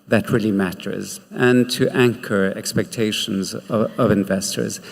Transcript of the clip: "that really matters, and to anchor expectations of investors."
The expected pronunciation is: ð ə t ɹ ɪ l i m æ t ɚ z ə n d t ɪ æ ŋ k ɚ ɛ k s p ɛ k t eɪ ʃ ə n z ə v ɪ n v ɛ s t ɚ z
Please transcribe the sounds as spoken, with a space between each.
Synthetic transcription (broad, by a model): ð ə t ɹ ɪ l i m æ t ɚ z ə n t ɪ æ ŋ k ɚ ɛ k s p ɛ k t eɪ ʃ ə n z ə v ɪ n v ɛ s t ɚ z